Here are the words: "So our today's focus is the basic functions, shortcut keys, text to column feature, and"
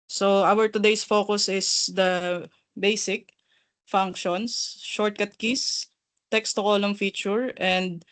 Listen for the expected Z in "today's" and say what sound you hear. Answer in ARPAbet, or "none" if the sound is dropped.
S